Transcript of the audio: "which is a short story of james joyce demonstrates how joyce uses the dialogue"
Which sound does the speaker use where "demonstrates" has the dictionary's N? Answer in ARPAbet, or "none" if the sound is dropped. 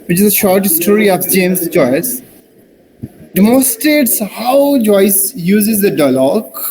none